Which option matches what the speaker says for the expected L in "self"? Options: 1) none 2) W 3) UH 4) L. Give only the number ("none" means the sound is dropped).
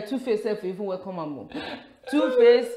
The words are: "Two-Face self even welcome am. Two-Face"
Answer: 1